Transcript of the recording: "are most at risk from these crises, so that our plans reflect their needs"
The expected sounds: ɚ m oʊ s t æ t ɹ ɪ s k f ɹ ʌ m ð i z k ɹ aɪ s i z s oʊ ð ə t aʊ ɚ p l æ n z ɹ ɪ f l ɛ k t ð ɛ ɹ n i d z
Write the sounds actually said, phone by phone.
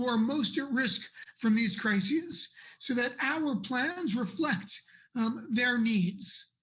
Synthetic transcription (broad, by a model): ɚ m oʊ s t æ t ɹ ɪ s k f ɹ ʌ m ð i z k ɹ aɪ s i z s oʊ ð ə t aʊ ɚ p l æ n z ɹ ɪ f l ɛ k t ð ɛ ɹ n i d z